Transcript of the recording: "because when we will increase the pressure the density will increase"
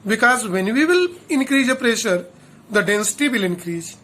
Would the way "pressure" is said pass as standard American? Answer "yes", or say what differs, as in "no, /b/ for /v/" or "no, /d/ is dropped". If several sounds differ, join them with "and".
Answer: yes